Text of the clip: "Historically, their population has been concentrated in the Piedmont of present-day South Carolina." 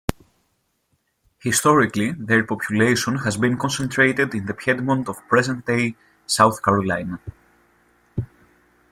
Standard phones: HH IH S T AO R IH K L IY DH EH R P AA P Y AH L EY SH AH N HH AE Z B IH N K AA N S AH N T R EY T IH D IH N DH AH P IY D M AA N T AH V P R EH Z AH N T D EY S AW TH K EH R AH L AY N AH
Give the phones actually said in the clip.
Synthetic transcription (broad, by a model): HH IH S T AO R IH K L IY DH EH R P AA P Y AH L EY SH AH N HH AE Z B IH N K AA N S AH N T R EY T IH D IH N DH AH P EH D M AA N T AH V P R EH Z AH N T D EY S AW TH K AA R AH L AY N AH